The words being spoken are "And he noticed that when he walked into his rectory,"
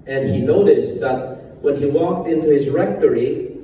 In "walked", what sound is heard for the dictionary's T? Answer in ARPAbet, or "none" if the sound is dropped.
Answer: T